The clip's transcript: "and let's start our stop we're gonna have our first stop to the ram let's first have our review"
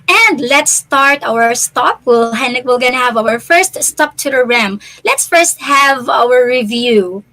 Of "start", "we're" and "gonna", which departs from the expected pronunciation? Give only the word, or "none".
we're